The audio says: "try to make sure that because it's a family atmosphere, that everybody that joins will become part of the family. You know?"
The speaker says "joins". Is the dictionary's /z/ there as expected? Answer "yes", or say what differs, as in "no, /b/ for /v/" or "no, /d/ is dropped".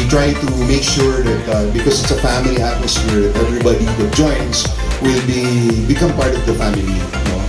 no, /s/ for /z/